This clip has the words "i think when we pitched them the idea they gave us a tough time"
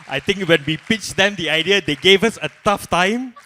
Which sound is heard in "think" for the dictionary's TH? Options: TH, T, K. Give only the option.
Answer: T